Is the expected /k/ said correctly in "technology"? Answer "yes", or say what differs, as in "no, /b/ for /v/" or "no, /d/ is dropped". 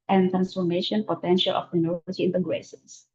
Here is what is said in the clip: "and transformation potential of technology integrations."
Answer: no, /k/ is dropped